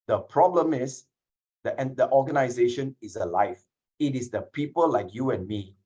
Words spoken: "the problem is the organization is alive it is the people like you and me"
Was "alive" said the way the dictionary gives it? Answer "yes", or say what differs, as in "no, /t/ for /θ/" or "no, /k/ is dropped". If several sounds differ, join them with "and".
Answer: no, /f/ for /v/